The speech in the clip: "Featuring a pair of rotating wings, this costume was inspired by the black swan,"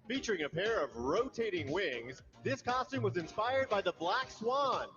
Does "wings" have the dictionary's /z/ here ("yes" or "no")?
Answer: yes